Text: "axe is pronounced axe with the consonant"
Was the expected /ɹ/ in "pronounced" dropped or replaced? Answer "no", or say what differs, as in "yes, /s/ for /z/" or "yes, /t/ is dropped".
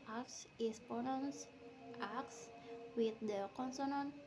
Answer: yes, /ɹ/ is dropped